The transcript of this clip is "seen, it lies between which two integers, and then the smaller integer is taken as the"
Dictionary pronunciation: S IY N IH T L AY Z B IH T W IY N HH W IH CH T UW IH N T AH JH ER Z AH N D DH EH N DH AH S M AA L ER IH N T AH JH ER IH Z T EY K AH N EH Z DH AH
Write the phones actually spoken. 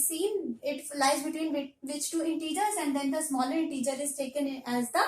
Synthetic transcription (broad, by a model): S IY N IH T L AY Z B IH T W IY N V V IH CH T UW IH N T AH JH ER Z AH N D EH N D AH S M AA L ER IH N T AH JH ER IH Z T EY K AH N EH Z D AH